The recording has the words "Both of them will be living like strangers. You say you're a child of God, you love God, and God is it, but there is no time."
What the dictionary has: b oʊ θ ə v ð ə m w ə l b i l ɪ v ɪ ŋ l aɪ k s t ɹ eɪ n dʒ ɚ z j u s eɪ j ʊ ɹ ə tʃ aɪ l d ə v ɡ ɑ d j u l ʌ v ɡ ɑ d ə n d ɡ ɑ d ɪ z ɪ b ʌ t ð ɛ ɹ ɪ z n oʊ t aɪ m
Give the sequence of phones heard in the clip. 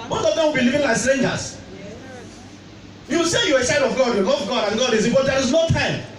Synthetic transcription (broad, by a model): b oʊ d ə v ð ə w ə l b i l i v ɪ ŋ l aɪ k s t ɹ eɪ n dʒ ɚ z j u s eɪ j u ə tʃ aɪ d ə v ɡ ɑ d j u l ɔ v ɡ ɑ d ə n ɡ ɑ d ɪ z ɪ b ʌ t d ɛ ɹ ɪ z n oʊ t aɪ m